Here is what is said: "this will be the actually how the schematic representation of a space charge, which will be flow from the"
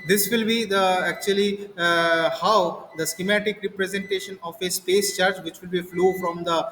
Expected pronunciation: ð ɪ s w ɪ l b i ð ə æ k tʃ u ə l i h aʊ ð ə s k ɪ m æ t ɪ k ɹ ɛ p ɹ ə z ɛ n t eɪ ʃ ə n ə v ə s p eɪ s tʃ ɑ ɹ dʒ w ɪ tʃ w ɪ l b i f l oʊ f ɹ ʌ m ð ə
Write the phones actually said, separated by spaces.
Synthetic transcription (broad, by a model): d ɪ s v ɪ l b i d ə æ k tʃ u ə l i h aʊ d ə s k ɪ m æ t ɪ k ɹ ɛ p ɹ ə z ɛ n t eɪ ʃ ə n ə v ə s p eɪ s tʃ ɑ ɹ dʒ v ɪ tʃ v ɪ l b i f l oʊ f ɹ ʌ m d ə